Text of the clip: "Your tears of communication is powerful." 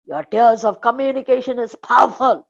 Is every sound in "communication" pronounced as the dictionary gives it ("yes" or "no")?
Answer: yes